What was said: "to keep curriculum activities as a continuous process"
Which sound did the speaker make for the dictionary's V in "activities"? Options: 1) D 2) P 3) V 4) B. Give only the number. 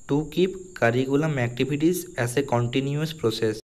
4